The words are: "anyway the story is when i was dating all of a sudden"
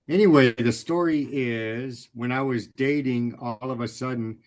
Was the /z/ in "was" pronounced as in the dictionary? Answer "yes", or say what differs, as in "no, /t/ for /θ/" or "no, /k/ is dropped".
yes